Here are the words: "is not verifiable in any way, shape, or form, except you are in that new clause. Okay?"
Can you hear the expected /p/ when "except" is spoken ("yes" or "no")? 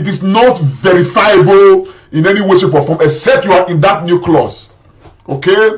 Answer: no